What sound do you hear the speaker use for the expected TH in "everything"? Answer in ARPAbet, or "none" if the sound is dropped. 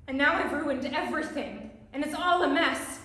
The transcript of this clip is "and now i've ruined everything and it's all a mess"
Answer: TH